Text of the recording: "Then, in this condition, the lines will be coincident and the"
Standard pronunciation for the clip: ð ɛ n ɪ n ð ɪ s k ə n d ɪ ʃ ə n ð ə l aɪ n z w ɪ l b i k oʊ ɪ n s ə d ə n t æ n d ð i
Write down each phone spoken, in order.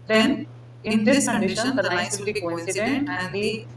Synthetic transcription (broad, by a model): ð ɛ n ɪ n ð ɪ s k ə n d ɪ ʃ ə n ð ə n aɪ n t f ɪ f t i k oʊ ɪ n s ə d ə n t æ n d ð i